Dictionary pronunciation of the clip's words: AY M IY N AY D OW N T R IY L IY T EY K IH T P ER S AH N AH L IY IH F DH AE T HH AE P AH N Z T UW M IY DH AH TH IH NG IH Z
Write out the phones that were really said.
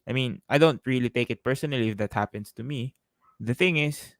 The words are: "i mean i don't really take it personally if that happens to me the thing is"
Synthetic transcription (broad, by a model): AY M IY N AY D OW N T R IY L IY T EY K IH T P ER S AH N AH L IY IH F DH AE T HH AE P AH N S T UW M IY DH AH TH IH NG IH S